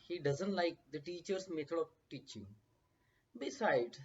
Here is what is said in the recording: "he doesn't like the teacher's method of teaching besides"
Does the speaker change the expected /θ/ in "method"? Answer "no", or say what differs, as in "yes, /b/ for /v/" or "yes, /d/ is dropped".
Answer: yes, /t/ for /θ/